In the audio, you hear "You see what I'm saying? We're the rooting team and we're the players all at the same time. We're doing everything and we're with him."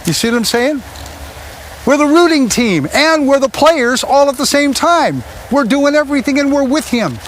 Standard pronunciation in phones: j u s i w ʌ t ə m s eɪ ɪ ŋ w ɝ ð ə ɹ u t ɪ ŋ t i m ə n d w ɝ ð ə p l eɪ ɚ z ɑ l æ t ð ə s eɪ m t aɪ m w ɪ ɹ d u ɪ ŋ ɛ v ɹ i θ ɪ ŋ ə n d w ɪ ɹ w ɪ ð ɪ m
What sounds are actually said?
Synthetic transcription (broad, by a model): j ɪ s i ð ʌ ə m s eɪ ɪ ŋ w ɝ ð ə ɹ u t ɪ ŋ t i m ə n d w ɝ ð ə p l eɪ ɚ z ɑ l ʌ t ð ə s eɪ m t aɪ m w ɪ ɹ d u ɪ ŋ ɛ v ɹ i θ ɪ ŋ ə n w ɪ ɹ w ɪ ð ɪ m